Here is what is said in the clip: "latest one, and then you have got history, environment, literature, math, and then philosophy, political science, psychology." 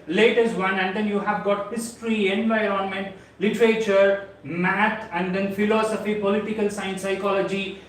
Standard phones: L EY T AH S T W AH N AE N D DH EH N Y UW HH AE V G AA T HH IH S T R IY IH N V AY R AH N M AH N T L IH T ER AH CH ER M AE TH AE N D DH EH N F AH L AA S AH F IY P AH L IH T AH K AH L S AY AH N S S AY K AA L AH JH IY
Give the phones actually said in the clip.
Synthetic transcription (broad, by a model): L EY T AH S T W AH N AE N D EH N Y UW HH AE V G AA T HH IH S T R IY IH N V AY R AH N M AH N T L IH T ER AH CH ER M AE T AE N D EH N F AH L AA S AH F IY P AH L IH T AH K AH L S AY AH N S S AY K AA L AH JH IY